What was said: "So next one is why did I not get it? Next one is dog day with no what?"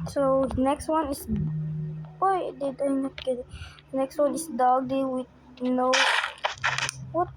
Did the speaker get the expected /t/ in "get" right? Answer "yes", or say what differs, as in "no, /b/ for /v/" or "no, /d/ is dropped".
no, /t/ is dropped